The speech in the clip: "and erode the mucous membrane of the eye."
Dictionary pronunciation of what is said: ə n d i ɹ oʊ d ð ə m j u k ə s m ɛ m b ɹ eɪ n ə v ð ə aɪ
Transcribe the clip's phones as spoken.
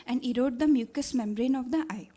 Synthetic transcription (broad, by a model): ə n d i ɹ oʊ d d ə m j u k ə s m ɛ m b ɹ eɪ n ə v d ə aɪ